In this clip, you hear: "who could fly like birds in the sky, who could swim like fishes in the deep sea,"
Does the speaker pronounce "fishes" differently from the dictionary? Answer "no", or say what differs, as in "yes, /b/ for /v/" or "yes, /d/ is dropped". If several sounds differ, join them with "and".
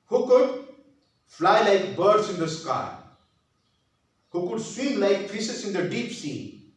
yes, /s/ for /ʃ/